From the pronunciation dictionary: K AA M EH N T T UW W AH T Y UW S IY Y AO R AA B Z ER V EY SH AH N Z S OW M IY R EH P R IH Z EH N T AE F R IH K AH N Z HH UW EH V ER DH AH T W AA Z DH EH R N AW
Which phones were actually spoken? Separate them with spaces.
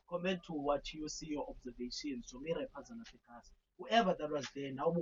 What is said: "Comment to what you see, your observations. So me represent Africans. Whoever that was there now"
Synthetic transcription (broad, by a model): K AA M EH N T T UW W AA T Y UW S IY Y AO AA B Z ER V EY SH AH N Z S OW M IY R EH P IH Z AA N AA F IH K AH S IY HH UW EH V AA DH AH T W AA Z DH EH N AW